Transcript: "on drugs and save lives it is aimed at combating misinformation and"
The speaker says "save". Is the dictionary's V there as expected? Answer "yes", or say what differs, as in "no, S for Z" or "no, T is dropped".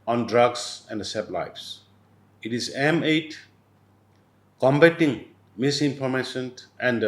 no, B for V